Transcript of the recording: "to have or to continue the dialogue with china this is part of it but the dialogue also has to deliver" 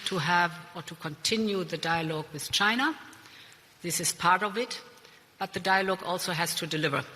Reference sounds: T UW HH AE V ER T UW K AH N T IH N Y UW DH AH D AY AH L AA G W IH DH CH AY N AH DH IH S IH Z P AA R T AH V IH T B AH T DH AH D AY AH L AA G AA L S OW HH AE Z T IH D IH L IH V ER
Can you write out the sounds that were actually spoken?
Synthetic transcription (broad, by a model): T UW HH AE V ER T UW K AH N T IH N Y UW DH AH D AY AH L AA G W IH DH CH AY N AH DH IH S IH Z P AA R T AH V IH T B AH T DH AH D AY AH L AA G AA L S OW HH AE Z T IH D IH L IH V ER